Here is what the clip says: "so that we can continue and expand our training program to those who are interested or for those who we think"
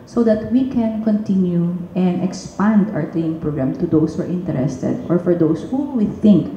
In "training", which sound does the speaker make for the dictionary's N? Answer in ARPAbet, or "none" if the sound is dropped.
none